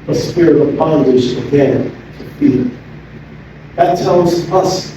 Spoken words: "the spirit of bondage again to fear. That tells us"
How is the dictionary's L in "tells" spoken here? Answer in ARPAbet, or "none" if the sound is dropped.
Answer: N